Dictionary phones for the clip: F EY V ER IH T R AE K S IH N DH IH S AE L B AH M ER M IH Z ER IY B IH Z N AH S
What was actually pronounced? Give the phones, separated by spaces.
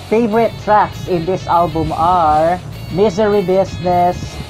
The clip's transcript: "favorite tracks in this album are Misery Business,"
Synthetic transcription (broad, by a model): F EY V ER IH T R AE K S IH N DH IH S AE L B AH M ER M IH Z ER IY B IH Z N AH S